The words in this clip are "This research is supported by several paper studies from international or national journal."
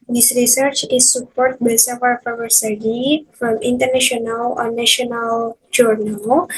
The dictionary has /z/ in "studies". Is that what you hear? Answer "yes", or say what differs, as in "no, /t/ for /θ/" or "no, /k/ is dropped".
no, /z/ is dropped